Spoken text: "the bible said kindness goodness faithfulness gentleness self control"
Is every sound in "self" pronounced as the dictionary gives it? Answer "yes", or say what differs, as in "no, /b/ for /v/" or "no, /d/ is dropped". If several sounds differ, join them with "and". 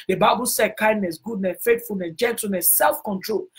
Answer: yes